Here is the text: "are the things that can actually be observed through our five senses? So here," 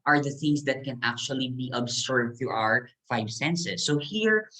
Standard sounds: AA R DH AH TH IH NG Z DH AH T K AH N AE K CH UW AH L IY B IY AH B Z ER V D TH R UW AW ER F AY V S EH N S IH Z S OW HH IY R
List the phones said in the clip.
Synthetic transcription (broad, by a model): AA R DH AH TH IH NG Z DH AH T K AH N AE K CH UW AH L IY B IY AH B S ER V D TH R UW AW ER F AY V S EH N S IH S OW HH IY R